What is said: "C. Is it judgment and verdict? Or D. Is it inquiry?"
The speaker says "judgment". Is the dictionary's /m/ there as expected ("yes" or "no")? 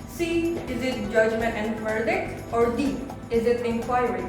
yes